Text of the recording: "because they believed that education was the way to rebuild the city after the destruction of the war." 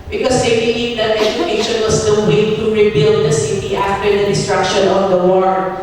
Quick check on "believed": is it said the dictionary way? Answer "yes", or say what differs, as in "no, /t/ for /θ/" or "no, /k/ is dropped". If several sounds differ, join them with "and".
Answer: no, /v/ is dropped